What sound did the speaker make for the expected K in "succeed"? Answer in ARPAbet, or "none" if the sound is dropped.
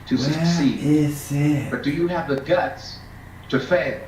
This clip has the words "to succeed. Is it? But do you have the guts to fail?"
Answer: none